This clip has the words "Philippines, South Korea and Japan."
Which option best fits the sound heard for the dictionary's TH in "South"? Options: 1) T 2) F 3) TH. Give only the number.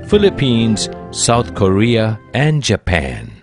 1